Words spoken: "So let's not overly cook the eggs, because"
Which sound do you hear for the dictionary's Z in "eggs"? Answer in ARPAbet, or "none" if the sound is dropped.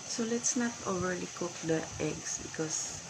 S